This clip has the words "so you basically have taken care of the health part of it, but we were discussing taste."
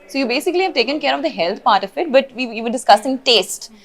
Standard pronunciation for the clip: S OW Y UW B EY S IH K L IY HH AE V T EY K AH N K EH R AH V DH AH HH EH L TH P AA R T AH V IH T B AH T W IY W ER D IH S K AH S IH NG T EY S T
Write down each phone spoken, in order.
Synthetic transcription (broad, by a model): S OW Y UW B EY S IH K L IY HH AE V T EY K AH N K EH R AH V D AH HH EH L T P AA R T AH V IH T B AH T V IY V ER D IH S K AH S IH NG T EY S T